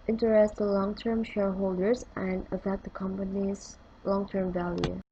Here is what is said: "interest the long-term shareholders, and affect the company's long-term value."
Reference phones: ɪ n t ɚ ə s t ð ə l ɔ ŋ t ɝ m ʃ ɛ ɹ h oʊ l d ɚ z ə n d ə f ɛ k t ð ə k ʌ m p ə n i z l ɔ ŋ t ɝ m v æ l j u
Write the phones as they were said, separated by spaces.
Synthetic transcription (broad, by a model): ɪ n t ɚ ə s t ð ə l ɔ ŋ t ɝ m ʃ ɛ ɹ h oʊ l d ɚ z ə n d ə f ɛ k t ð ə k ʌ m p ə n i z l ɔ ŋ t ɝ m v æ l j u